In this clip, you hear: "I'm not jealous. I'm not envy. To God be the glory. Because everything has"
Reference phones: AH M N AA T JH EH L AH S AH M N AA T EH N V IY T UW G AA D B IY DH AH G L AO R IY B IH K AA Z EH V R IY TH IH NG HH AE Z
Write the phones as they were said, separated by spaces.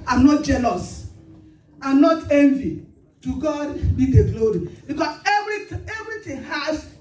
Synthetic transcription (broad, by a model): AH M N AA T JH EH L AH S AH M N AA T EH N V IY T UW G AA D B IY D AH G L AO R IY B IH K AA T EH V R IY T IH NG HH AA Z